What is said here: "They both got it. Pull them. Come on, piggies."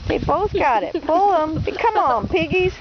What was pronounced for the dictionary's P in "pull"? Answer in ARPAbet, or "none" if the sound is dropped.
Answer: B